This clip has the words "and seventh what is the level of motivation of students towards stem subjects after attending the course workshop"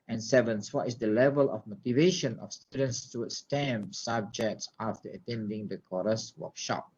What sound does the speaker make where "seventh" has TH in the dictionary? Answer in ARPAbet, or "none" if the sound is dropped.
S